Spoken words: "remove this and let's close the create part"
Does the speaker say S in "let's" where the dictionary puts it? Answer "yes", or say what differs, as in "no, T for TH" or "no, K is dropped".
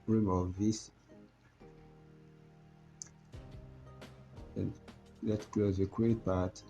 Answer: no, S is dropped